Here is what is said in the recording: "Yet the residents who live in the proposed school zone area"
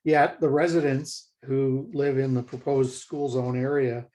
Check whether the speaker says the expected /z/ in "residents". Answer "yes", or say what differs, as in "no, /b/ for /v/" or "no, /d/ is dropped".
yes